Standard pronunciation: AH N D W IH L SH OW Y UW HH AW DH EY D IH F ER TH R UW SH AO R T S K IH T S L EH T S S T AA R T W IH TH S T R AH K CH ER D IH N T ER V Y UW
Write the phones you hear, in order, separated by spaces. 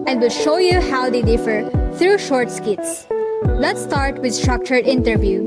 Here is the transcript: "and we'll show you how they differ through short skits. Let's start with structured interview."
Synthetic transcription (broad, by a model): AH N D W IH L SH OW Y UW HH AW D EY D IH F ER T R UW SH AO R T S K IH T S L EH T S S T AA R T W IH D S T R AH K CH ER D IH N T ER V Y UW